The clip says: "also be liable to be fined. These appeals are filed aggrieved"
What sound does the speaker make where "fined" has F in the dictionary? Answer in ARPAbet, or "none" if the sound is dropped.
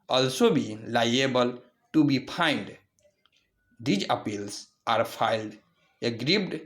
P